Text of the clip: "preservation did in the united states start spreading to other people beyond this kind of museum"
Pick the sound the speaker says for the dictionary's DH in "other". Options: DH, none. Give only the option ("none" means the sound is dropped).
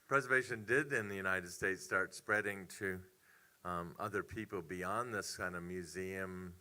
DH